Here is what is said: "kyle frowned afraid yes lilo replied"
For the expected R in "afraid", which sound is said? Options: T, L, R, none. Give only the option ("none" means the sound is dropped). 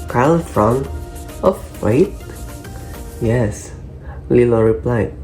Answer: none